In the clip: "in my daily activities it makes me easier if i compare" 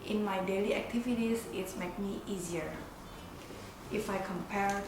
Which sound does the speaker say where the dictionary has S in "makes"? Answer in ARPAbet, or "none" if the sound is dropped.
none